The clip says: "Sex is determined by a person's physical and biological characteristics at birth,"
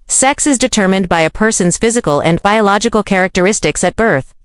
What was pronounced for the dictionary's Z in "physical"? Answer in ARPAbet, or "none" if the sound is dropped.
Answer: Z